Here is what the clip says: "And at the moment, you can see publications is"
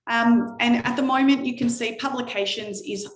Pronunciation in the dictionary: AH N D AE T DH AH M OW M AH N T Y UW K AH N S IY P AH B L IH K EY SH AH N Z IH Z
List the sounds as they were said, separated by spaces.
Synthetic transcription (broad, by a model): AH N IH T DH AH M OW M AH N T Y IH K AH N S IY P AH B L IH K EY SH AH N Z IH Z